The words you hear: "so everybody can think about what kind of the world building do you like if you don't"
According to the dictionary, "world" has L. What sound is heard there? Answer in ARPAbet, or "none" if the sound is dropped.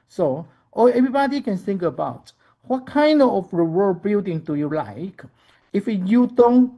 none